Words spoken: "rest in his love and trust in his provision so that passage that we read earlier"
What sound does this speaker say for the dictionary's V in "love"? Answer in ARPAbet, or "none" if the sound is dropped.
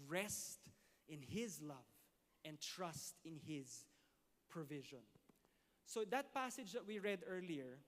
V